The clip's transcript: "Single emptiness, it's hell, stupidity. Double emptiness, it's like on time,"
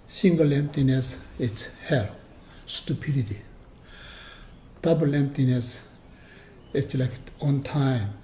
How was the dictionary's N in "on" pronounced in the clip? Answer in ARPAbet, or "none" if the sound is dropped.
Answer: N